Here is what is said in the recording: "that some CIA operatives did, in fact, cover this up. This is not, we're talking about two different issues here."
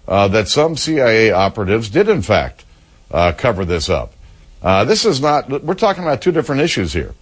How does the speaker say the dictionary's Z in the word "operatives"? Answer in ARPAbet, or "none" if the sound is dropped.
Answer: Z